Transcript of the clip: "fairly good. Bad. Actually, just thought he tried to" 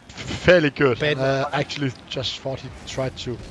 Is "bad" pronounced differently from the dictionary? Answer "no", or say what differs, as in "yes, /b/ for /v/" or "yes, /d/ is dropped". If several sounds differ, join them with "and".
yes, /d/ is dropped